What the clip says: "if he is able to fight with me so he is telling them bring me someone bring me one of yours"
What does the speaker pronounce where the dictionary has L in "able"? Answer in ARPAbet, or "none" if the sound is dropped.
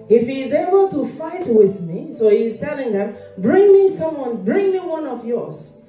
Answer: L